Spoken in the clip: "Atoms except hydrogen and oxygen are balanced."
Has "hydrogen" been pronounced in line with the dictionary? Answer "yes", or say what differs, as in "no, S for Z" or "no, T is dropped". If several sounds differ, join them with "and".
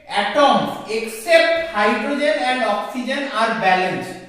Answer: yes